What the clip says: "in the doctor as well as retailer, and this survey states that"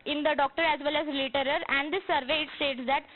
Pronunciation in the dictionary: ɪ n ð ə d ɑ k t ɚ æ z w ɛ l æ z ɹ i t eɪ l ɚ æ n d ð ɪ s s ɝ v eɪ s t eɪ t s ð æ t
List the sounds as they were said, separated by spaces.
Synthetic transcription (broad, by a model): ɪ n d ə d ɑ k t ɚ æ z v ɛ l æ z l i t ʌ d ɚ æ n d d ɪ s s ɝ v eɪ s t eɪ t s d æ t